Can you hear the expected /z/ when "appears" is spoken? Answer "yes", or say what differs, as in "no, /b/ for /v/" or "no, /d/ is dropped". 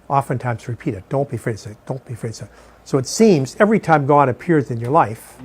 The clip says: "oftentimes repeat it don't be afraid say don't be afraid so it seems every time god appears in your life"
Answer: yes